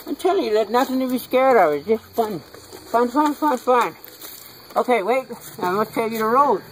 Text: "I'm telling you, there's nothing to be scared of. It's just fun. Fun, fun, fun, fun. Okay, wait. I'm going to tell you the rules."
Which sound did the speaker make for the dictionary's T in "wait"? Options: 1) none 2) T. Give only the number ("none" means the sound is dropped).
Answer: 2